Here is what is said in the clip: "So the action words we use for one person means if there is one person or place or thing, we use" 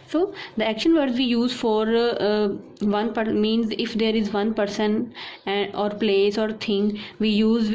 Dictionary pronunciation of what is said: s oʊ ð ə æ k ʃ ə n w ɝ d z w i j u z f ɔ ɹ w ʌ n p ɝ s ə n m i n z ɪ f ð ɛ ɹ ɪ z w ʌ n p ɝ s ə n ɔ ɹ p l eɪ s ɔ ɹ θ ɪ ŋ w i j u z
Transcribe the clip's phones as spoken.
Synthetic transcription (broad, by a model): s oʊ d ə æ k ʃ ə n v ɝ d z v i j u z f ɔ ɹ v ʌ n p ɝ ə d m i n z ɪ f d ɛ ɹ ɪ z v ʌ n p ɝ s ə n ɔ ɹ p l eɪ s ɔ ɹ t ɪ ŋ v i j u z